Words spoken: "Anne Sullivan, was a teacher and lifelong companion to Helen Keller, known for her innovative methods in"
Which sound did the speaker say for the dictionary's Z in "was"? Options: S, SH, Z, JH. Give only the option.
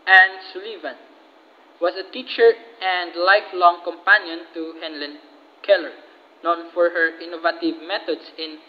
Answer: S